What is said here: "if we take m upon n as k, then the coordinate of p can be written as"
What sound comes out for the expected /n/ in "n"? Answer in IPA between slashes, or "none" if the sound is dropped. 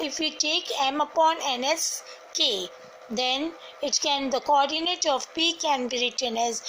/n/